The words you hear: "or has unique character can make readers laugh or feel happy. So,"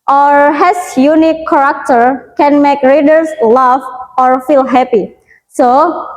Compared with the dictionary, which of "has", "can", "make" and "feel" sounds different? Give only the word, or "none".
has